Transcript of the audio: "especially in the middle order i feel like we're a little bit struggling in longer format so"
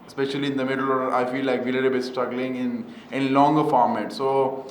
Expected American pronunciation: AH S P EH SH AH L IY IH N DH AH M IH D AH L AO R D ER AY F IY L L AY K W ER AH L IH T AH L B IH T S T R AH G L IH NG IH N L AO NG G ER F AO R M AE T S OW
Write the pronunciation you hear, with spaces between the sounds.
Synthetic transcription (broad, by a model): S P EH SH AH L IY IH N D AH M IH D AH L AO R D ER AY F IY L L AY K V AH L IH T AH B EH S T AH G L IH NG IH N L AO NG G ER F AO R M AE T S OW